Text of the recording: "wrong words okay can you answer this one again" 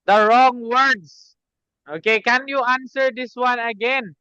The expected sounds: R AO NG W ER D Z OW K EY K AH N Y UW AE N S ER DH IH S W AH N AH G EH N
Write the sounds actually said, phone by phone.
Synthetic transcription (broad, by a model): R AO NG W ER D S OW K EY K AH N Y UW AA N S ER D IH S W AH N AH G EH N